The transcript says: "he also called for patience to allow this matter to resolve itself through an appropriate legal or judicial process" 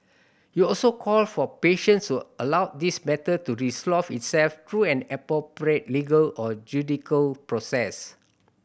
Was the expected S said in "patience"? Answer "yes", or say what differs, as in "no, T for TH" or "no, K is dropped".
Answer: yes